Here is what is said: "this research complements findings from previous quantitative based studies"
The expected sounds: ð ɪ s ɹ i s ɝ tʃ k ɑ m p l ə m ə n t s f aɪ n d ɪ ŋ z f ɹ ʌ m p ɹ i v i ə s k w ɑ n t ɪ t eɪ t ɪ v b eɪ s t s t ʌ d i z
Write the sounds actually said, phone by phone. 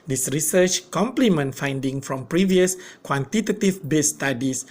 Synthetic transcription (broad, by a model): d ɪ s ɹ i s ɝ tʃ k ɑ m p l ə m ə n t f aɪ n d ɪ ŋ f ɹ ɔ m p ɹ i v i ə s k w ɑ n t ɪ t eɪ t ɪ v b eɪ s s t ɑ d i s